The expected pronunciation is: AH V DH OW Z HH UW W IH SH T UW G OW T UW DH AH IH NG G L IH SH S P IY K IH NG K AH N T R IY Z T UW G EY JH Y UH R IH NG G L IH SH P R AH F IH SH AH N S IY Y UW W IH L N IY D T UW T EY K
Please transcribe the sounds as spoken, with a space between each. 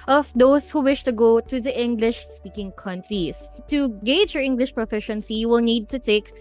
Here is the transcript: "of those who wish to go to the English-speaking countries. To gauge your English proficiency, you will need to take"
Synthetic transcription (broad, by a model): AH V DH OW S HH UW W IH SH T UW G OW T UW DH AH IH NG G L IH SH S P IY K IH NG K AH N T R IY S T UW G EY JH Y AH R IH NG G L IH SH P R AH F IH SH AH N S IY Y UW W IH L N IY D T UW T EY K